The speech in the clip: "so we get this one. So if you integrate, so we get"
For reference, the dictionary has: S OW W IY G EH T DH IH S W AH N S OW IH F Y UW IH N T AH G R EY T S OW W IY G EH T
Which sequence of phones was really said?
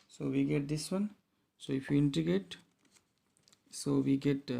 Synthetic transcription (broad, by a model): S OW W IY G EH T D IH S W AH N S OW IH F Y UW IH N T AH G EY T S OW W IY G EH T